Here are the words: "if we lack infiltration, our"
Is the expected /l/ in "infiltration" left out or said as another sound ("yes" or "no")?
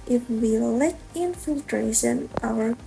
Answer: no